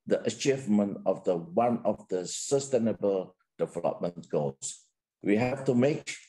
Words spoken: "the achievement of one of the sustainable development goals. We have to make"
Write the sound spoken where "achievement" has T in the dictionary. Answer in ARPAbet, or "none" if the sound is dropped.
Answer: T